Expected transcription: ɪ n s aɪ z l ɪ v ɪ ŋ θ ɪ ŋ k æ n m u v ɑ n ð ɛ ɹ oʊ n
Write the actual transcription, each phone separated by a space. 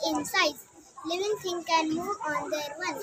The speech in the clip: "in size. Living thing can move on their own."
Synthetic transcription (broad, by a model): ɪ n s aɪ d l ɪ v ɪ ŋ t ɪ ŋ k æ n m u v ɑ n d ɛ ɹ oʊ n